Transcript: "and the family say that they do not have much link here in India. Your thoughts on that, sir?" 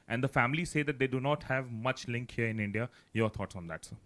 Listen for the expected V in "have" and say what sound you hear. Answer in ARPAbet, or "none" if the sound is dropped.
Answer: V